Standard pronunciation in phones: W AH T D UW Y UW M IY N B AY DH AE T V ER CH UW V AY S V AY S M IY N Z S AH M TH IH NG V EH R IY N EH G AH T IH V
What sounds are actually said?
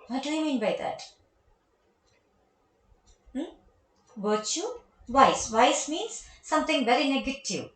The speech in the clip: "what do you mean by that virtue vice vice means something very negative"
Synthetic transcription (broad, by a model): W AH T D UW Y M IY N B AY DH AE T B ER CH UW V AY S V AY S M IY N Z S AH M T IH NG V EH R IY N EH G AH T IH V